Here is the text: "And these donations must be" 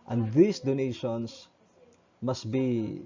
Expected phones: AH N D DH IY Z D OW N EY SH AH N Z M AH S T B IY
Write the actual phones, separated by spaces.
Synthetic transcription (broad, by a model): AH N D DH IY S D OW N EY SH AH N S M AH S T B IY